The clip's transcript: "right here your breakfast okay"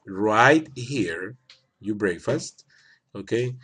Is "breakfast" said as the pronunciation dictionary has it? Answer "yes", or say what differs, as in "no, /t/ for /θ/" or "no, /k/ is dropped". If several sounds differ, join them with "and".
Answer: yes